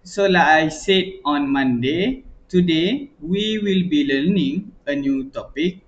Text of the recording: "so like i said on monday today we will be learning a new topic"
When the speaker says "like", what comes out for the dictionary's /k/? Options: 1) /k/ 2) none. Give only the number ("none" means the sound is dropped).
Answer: 2